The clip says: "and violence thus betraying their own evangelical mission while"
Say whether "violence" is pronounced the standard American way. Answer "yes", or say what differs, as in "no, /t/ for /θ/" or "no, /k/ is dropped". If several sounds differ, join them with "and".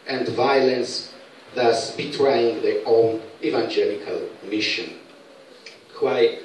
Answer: yes